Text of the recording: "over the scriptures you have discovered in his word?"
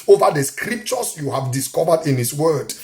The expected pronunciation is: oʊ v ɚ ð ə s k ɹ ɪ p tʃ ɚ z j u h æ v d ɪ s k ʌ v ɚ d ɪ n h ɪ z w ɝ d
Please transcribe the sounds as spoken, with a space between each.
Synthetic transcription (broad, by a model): oʊ v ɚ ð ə s k ɹ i p tʃ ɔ s j u h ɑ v d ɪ s k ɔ v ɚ d ɪ n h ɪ s w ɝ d